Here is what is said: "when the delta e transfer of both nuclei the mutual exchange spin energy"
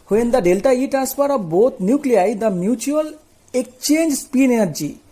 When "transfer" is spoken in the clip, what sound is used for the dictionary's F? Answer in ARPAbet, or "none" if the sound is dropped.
P